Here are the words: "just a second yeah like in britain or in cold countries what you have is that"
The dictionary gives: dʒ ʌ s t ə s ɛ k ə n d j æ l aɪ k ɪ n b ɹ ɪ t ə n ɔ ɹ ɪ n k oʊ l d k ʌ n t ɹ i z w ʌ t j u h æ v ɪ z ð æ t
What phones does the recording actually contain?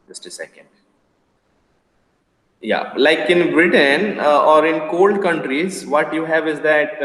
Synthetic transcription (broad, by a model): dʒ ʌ s t ə s ɛ k ə n d j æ l aɪ k ɪ n b ɹ ɪ t ə n ɔ ɹ ɪ n k oʊ l d k ʌ n t ɹ i z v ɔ t j u h æ v ɪ z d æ t